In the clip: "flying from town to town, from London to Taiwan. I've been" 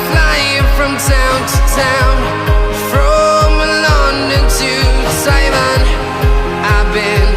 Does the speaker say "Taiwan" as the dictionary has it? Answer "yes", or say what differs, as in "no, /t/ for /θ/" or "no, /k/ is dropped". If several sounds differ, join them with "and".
no, /s/ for /t/